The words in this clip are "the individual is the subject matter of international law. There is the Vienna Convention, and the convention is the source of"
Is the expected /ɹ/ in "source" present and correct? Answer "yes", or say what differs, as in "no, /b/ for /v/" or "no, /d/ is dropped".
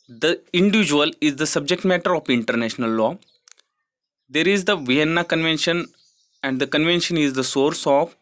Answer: yes